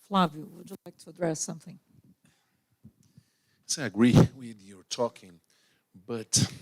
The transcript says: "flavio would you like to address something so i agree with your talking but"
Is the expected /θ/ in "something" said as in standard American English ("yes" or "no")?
yes